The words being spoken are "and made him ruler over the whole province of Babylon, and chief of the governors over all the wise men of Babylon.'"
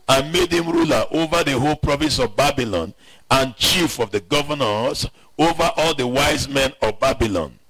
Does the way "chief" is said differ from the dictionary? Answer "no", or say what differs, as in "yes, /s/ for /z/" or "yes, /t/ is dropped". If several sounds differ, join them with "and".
no